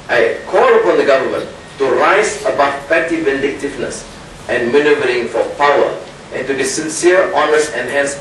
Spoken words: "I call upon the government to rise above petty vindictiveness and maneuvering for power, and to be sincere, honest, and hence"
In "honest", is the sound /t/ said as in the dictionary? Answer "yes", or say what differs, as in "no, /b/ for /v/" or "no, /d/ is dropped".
no, /t/ is dropped